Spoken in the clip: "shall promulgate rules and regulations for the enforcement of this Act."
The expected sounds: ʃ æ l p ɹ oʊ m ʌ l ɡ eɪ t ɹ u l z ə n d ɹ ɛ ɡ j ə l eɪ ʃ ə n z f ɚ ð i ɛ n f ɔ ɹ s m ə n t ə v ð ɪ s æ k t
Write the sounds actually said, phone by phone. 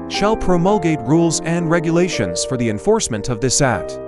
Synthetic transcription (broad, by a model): ʃ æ l p ɹ oʊ m ʌ l ɡ eɪ t ɹ u l z ə n d ɹ ɛ ɡ j ə l eɪ ʃ ə n z f ɚ ð i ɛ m f ɔ ɹ s m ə n t ə v ð ɪ s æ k t